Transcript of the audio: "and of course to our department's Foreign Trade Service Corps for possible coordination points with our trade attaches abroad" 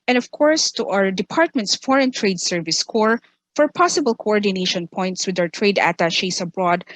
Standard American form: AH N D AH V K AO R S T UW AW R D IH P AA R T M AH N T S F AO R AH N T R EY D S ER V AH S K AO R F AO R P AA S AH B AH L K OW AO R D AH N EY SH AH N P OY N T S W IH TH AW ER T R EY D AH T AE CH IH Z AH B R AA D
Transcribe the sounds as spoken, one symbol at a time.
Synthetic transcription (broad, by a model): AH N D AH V K AO R S T UW AW R D IH P AA R T M AH N T S F AO R AH N T R EY D S ER V AH S K AO R F AO R P AA S AH B AH L K OW AO R D AH N EY SH AH N P OY N T S W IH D AW ER T R EY D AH T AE SH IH S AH B R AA D